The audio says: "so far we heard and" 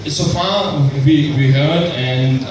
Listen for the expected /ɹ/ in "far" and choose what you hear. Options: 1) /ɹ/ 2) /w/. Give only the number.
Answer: 2